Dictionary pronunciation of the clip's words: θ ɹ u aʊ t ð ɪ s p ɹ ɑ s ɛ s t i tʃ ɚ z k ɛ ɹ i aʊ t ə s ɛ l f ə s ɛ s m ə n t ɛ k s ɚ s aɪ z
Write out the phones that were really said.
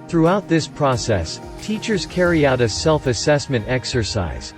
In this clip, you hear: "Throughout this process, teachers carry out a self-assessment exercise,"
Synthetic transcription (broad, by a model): θ ɹ u aʊ t ð ɪ s p ɹ ɑ s ɛ s t i tʃ ɚ z k ɛ ɹ i aʊ t ə s ɛ l f ə s ɛ s m ə n t ɛ k s ɚ s aɪ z